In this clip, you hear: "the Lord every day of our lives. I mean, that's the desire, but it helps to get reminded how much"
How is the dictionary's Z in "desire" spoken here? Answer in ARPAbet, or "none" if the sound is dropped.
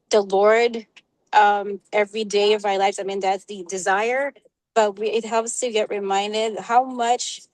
Z